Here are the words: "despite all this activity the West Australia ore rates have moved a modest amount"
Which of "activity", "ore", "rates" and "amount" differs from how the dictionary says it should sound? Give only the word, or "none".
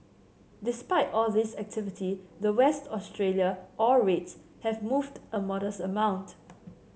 ore